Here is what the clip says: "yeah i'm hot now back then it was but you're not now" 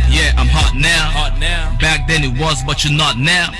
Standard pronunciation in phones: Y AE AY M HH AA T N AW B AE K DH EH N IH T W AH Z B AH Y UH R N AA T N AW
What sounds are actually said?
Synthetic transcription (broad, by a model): Y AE AY M HH AA T N AW B AE K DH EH N IH T W AH Z B AH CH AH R N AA T N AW